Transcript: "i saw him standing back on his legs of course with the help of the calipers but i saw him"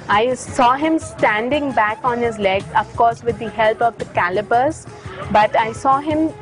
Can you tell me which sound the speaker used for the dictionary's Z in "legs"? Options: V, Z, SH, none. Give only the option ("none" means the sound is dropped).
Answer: none